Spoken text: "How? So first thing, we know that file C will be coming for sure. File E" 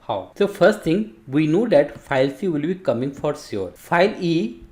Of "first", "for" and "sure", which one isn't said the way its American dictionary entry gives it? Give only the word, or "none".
sure